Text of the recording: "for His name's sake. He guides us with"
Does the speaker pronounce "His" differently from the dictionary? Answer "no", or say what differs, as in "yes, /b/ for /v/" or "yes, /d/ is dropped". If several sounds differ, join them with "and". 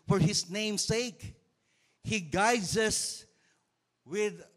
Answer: yes, /s/ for /z/